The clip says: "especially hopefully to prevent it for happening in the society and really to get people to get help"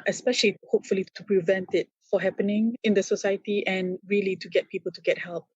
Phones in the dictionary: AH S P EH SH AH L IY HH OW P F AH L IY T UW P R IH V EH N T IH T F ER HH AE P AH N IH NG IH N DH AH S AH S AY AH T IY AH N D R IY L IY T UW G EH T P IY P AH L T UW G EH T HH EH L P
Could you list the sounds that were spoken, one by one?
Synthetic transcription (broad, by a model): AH S P EH SH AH L IY HH OW P F AH L IY T UW P R IH V EH N T IH T F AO HH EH P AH N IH NG IH N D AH S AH S AY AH T IY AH N R IY L IY T UW G EH T P IY P AH L T UW G EH T HH EH L P